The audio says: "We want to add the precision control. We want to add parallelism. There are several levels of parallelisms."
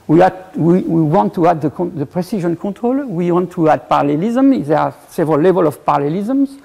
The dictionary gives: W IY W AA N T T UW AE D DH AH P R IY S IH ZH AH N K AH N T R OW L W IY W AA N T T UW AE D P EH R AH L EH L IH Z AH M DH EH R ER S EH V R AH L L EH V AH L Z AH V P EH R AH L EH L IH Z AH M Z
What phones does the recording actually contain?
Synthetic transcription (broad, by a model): W IY W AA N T T UW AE D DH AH P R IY S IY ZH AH N K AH T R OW L W IY W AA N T T UW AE D P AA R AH L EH L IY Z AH M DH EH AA S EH V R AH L L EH V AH L AH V P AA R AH L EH L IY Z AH M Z